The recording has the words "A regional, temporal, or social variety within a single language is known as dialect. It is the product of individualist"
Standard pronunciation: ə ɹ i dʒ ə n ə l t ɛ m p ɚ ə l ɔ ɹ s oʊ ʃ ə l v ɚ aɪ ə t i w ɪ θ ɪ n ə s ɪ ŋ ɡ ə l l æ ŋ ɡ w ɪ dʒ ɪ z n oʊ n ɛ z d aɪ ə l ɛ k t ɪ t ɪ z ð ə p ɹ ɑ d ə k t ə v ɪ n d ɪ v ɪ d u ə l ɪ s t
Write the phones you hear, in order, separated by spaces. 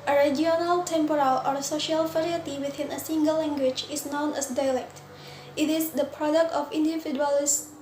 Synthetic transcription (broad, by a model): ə ɹ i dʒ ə n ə l t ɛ m p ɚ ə l ɔ ɹ s oʊ ʃ ə l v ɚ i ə t i w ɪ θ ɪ n ə s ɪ ŋ ɡ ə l l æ ŋ ɡ w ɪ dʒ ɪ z n oʊ n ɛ s d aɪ l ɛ k t ɪ t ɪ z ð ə p ɹ ɑ d ə k t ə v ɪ n d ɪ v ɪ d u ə l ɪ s